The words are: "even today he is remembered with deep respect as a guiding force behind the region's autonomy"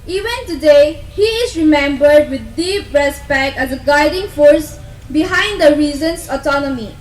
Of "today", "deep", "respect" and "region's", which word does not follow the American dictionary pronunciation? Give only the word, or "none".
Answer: region's